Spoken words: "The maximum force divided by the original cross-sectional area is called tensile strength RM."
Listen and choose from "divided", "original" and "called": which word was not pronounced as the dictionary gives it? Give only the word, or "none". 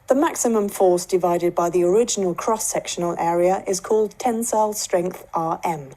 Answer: none